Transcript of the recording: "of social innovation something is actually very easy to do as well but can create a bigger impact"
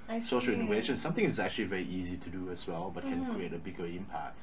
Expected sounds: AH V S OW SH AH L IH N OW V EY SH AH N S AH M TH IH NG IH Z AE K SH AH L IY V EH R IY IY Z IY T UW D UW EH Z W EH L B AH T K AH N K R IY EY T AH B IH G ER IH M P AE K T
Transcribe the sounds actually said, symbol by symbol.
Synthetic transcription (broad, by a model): S OW SH AH L IH N OW V EY SH AH N S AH M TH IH NG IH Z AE K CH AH L IY V EH R IY IY Z IY T UW D UW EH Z W EH L B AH T K AH N K R IY EY T AH B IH G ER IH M P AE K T